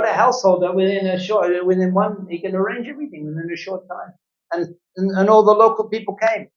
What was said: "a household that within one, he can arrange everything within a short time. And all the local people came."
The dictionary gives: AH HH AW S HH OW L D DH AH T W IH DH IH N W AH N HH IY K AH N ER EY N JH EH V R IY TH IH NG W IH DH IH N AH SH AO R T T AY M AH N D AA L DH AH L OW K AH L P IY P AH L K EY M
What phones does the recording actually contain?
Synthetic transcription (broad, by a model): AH HH AW S HH OW L D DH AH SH W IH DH IH N W AH N HH IY K AH N ER EY N JH EH V R IY TH IH NG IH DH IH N AH SH AO R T T AY M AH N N AA L DH AH L OW K L P IY P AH L K EY M